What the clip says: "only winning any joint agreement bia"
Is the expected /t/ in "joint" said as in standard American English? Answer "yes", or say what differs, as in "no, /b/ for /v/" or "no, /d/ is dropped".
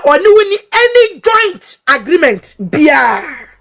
yes